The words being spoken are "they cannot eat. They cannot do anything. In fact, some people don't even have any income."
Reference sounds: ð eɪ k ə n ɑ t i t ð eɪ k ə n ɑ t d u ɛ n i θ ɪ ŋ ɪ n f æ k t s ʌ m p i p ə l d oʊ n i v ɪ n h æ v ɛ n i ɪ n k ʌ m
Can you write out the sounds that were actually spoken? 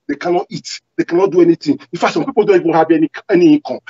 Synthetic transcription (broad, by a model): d eɪ k ə n ɑ t i t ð eɪ k ə n ɑ t d u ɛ n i t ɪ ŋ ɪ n f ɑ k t s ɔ m p i p ə l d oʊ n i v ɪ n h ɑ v ɛ n i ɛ n k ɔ